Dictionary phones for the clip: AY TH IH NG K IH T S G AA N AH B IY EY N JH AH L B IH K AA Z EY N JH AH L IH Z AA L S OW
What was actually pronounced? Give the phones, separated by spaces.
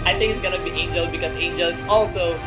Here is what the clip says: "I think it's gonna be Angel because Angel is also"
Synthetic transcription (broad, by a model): AY T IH NG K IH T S G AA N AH B IY EY N JH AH L B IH K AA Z EY N JH AH L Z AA L S OW